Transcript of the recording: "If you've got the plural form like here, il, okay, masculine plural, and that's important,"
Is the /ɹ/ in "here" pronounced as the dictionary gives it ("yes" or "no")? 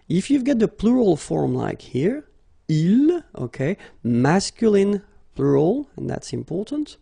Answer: yes